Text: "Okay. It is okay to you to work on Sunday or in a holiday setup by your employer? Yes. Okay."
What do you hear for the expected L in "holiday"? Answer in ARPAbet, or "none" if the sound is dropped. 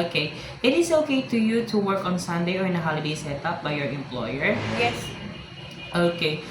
L